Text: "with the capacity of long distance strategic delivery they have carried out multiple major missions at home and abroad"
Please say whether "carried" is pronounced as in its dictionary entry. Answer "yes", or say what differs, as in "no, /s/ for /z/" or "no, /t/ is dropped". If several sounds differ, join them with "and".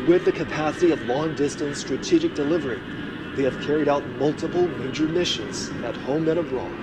yes